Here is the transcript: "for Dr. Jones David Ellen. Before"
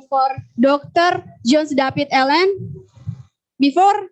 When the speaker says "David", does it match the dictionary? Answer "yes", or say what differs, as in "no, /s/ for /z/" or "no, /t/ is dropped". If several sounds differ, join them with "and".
no, /p/ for /v/